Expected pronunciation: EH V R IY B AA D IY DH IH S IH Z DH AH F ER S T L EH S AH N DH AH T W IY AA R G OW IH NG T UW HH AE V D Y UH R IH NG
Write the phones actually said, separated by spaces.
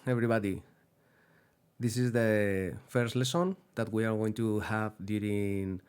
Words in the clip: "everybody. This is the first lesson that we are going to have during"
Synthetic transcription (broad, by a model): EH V R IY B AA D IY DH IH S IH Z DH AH F ER S T L EH S AH N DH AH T W IY AA R G OW IH NG T UW HH AE V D Y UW R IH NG